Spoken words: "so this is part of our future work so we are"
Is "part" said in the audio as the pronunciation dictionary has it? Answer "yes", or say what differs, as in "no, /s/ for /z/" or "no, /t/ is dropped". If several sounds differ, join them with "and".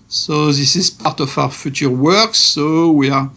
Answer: yes